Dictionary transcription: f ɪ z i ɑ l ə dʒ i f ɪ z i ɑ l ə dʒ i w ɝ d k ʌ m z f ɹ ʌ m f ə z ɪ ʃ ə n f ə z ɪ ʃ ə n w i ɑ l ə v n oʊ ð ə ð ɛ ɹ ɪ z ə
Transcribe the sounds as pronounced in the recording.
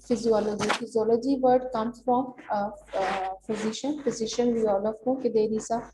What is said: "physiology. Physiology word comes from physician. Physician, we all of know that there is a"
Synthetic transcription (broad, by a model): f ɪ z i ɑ l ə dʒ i f ɪ z i ɑ l ə dʒ i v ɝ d k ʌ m f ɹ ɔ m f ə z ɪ ʃ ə n f ə z ɪ ʃ ə n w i ɑ l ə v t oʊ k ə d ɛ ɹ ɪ s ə